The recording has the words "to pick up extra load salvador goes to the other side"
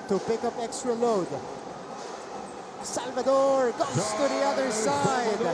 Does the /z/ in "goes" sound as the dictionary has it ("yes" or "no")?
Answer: no